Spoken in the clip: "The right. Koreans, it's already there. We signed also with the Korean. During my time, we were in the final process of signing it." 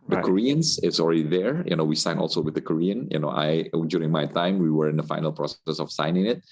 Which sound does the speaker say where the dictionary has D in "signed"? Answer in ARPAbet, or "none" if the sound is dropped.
none